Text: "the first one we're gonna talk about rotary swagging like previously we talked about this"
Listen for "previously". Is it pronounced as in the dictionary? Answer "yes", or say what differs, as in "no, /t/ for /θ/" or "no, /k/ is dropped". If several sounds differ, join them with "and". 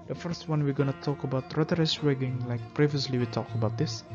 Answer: yes